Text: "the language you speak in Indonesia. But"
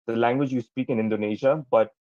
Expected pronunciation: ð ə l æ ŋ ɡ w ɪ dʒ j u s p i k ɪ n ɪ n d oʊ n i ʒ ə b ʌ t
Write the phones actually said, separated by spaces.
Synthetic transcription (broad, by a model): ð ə l æ ŋ ɡ w ɪ dʒ j u s p i k ɪ n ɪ n d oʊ n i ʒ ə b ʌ t